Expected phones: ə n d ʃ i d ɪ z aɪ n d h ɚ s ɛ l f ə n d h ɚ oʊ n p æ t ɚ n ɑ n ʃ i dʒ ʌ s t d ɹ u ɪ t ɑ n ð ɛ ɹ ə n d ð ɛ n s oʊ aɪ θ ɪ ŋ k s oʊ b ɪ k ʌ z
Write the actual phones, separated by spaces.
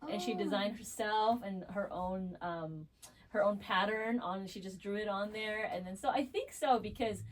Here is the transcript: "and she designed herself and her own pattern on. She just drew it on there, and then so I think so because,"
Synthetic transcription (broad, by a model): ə n ʃ i d ɪ z aɪ n d h ɚ s ɛ l f ə n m h ɚ oʊ n p æ t ɚ n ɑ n ʃ i dʒ ʌ s d ɹ u ɪ t n ð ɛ ɹ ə n ð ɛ n s oʊ aɪ θ ɪ ŋ k s oʊ b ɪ k ʌ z